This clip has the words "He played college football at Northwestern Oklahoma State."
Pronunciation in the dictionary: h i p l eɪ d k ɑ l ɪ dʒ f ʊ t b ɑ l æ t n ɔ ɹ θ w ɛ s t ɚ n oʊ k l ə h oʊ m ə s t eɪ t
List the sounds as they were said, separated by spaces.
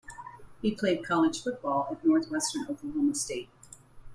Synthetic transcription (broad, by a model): h i p l eɪ d k ɑ l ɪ ʒ f ʊ t b ɑ l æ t n ɔ ɹ θ w ɛ s t ɚ n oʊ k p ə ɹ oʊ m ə s t eɪ t